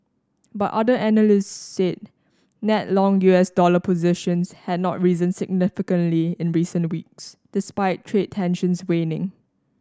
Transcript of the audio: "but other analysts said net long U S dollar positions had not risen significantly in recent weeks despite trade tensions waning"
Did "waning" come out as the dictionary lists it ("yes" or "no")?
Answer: yes